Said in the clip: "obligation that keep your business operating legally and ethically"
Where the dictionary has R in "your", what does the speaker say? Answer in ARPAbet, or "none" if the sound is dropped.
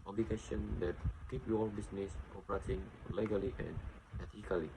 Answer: L